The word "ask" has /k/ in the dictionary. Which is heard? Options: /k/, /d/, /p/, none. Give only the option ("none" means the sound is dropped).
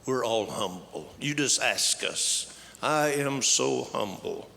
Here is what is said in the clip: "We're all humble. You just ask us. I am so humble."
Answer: /k/